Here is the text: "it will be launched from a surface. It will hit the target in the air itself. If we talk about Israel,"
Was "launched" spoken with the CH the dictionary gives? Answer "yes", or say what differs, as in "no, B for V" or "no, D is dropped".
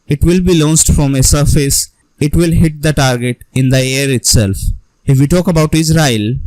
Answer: no, S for CH